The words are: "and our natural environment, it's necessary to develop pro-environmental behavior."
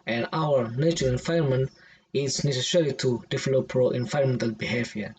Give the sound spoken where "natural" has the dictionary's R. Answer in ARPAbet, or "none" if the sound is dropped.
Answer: none